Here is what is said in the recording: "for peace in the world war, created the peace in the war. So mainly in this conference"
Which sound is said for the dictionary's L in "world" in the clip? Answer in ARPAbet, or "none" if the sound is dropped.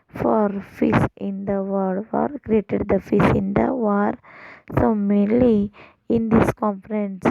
none